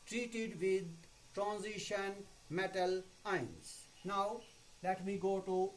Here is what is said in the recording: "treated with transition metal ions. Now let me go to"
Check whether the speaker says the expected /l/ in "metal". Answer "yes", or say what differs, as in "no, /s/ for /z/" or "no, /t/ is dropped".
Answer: yes